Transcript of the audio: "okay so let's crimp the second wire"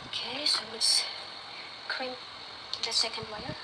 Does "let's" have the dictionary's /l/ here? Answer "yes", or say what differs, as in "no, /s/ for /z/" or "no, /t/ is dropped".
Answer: no, /w/ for /l/